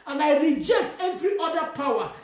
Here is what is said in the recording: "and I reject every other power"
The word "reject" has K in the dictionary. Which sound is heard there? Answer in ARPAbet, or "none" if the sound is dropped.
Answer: K